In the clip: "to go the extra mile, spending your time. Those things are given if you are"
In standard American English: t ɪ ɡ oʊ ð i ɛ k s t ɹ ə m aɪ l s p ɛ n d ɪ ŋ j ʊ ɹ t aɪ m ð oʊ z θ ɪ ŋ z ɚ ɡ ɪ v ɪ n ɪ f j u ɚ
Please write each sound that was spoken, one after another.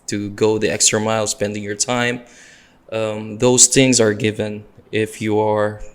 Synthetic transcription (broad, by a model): t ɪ ɡ oʊ ð i ɛ k s t ɹ ə m aɪ l s p ɛ n d ɪ ŋ j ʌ ɹ t aɪ m ð oʊ z θ ɪ ŋ z ɚ ɡ ɪ v ɪ n ɪ f j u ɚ